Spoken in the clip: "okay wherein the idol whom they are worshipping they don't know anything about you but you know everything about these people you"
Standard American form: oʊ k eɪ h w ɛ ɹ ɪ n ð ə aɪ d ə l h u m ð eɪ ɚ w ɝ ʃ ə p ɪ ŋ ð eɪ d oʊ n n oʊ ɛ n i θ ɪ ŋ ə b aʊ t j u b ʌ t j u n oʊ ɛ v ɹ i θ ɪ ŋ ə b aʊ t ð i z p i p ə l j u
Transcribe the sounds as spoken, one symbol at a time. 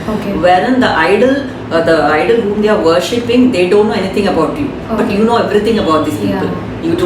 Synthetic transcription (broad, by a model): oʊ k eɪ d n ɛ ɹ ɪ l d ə aɪ d ə l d u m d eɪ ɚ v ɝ ʃ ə p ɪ ŋ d eɪ d oʊ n n oʊ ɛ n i t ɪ ŋ ə b aʊ t j u b ʌ t j u n oʊ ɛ v ɹ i t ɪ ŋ ə b aʊ t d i s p i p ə l j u